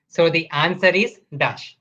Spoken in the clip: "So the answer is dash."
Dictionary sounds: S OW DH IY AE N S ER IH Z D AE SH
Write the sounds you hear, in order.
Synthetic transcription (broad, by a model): S OW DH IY AE N S ER IH Z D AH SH